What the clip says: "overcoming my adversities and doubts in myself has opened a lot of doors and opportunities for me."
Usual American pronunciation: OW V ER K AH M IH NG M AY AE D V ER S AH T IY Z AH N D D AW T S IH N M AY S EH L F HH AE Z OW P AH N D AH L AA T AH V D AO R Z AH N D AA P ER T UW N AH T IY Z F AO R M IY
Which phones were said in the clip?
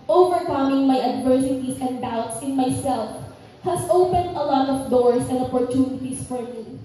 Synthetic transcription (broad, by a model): OW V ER K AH M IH NG M AY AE D V ER S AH T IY S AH N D D AW T S IH N M AY S EH L F HH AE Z OW P AH N D AH L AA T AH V D AO R S AH N D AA P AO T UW N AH T IY S F AO R M IY